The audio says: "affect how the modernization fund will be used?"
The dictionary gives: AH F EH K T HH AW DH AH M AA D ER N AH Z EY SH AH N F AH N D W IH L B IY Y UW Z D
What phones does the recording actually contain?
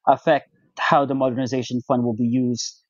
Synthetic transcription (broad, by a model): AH F EH K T HH AW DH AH M AA D ER N AH Z EY SH AH N F AH N D W IH L B IY Y UW Z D